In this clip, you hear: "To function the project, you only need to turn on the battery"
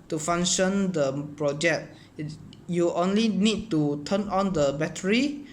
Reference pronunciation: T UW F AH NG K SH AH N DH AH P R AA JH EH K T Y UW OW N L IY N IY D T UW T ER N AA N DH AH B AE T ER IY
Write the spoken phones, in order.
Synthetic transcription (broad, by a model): T UW F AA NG SH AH N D AH P R AA JH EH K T Y UW OW N L IY N IY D T UW T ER N AA N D AH B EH T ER IY